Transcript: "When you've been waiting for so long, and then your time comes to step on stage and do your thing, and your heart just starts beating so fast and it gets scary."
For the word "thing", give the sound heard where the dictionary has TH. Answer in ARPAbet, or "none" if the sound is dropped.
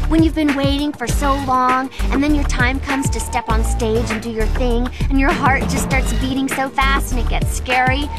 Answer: TH